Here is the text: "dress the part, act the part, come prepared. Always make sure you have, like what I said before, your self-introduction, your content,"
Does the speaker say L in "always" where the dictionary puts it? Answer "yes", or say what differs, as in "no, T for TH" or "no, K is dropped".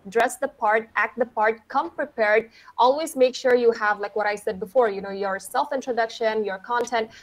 yes